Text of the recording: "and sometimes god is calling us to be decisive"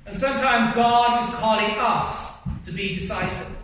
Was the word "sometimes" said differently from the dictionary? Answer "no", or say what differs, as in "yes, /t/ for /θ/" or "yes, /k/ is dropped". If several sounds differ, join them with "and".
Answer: no